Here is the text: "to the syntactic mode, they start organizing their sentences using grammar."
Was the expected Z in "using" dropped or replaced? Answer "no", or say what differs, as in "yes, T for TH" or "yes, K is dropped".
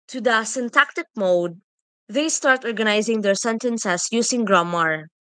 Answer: yes, S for Z